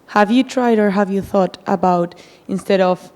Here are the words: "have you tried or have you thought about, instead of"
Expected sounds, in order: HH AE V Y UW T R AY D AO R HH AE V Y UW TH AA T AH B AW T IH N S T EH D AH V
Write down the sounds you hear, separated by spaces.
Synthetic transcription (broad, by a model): HH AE V Y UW T R AY D AO R HH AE V Y UW TH AA T AH B AW T IH N S T EH D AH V